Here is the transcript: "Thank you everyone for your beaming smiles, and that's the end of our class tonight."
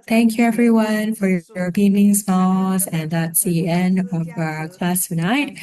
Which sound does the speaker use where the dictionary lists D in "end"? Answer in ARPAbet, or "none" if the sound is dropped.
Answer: D